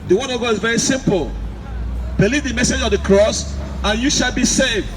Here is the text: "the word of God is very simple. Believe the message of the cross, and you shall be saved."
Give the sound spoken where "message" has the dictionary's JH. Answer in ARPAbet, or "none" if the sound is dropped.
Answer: JH